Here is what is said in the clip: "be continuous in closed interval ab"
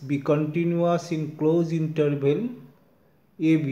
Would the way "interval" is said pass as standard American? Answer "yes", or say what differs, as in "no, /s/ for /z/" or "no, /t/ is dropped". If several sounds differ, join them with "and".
no, /b/ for /v/